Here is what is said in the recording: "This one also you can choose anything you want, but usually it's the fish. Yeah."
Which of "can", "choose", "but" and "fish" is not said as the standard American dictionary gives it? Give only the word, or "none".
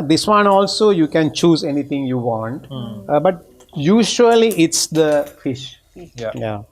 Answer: none